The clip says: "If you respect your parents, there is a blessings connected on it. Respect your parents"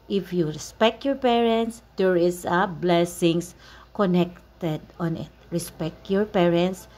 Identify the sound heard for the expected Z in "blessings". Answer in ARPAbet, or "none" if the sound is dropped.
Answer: S